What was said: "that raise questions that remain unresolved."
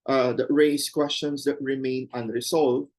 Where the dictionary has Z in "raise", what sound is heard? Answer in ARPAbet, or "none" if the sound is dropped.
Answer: S